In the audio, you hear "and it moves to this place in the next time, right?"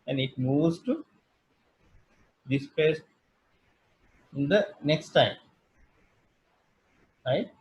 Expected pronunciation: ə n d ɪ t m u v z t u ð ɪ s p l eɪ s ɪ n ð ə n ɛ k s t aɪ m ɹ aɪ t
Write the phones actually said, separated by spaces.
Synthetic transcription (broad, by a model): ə n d ɪ t m u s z t u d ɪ s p eɪ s ɪ n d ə n ɛ k s t aɪ m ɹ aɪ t